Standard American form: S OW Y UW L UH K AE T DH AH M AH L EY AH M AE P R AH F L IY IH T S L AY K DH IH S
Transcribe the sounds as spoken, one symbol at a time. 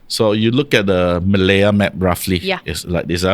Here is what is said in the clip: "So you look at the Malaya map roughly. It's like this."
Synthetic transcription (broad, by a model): S OW Y UW L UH K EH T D AH M AH L EY AH M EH P R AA F L IY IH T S L AY K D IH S